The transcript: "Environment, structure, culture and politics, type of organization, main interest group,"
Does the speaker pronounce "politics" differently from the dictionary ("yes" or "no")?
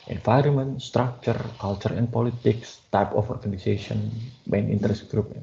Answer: no